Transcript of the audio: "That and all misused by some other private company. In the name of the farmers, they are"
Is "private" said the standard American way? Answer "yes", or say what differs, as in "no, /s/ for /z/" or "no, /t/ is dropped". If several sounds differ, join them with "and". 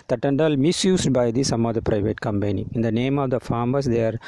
yes